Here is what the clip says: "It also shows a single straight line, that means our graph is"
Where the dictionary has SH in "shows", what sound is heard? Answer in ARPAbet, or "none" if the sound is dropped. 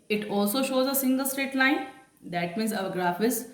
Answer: SH